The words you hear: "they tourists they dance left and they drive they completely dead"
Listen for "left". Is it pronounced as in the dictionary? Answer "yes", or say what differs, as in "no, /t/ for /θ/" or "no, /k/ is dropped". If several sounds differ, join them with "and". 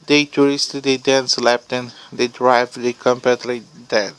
no, /p/ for /f/